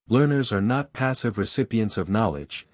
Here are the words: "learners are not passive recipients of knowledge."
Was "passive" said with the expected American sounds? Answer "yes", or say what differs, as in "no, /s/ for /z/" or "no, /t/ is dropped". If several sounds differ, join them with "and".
yes